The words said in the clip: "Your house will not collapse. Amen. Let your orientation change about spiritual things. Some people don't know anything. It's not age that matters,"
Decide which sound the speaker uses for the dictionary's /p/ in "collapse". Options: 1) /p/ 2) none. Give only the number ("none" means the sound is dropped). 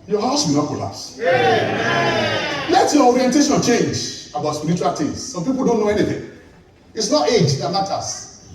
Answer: 2